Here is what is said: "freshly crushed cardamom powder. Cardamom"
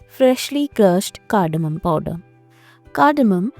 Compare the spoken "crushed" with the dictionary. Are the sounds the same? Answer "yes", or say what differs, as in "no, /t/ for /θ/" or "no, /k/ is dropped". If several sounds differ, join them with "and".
no, /ɹ/ is dropped